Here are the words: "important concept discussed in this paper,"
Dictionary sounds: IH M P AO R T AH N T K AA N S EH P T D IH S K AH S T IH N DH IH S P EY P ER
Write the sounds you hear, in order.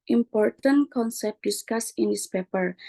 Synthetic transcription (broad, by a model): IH M P AO R T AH N K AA N S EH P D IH S K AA S IH N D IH S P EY P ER